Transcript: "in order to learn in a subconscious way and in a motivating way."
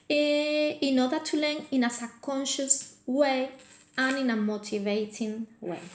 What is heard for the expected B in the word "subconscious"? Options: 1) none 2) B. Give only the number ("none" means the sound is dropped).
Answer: 1